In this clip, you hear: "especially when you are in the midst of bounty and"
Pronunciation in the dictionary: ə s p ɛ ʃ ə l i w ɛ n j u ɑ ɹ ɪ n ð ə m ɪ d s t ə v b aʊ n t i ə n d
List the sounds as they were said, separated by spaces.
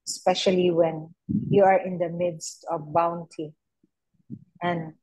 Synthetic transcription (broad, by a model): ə s p ɛ ʃ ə l i w ɛ n j u ɑ ɹ ɪ n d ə m ɪ d s t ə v b aʊ n t i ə n d